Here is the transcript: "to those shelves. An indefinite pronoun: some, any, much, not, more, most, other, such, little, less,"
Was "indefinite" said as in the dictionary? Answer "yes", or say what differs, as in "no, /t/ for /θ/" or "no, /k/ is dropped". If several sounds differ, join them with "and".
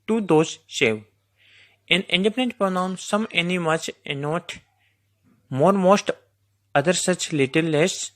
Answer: no, /p/ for /f/